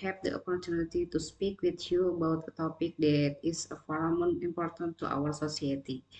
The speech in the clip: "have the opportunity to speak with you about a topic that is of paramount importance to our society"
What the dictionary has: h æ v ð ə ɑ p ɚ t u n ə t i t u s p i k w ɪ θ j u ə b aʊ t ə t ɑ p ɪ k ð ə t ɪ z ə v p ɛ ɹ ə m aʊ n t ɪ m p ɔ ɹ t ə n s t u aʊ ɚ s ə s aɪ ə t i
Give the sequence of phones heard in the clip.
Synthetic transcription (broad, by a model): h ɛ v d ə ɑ p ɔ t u n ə t i t u s p i k w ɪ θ j u ə b aʊ t ə t ɑ p ɪ k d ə t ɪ s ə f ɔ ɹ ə m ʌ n ɪ m p ɔ ɹ t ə n t u aʊ ɚ s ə s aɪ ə t i